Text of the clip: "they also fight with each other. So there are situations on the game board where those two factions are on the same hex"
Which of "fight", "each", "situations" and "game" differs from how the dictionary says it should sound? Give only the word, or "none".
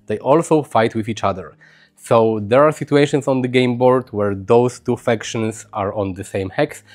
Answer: situations